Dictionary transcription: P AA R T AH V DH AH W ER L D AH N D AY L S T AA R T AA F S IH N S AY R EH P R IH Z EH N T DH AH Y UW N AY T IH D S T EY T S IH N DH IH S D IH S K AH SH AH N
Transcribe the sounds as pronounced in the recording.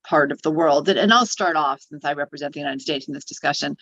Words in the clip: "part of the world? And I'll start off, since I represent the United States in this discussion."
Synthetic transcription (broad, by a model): P AA R T AH V DH AH W ER L D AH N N AY L S T AA R T AA F S IH N S AY R EH P R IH Z EH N DH AH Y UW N AY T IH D S T EY T S N DH IH S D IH S K AH SH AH N